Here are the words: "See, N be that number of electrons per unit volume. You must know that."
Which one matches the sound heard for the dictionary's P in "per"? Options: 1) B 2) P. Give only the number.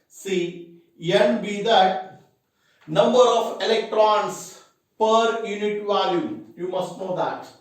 2